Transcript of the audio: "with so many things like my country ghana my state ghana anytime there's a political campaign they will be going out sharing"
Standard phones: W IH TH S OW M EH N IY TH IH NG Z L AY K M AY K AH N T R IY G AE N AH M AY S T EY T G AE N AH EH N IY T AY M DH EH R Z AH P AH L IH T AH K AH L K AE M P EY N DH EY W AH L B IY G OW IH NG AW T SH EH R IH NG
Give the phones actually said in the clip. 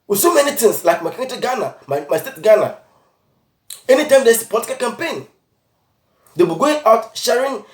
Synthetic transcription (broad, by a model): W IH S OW M EH N IY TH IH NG S L AY K M AY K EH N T IY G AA N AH M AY S T EY T G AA N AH EH N IY T AY M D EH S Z AH P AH L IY T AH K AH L K AE M P EY N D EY B IY G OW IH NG AW T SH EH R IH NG